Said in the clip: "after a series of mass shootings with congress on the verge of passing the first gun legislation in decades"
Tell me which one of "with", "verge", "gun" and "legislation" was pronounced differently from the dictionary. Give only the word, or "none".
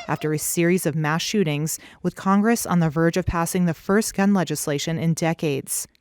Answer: none